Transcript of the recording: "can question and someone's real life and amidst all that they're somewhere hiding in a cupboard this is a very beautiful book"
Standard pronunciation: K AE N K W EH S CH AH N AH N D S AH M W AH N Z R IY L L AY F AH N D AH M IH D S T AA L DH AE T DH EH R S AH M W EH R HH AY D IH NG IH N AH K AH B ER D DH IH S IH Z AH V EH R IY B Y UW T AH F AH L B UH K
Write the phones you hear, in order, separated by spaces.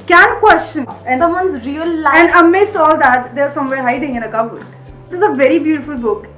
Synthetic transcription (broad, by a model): K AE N K W EH S CH AH N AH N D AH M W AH N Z R IY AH L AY AH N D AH M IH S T AA L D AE T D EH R S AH M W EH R HH AY D IH NG IH N AH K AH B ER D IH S IH Z AH V EH R IY B Y UW T AH F AH L B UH K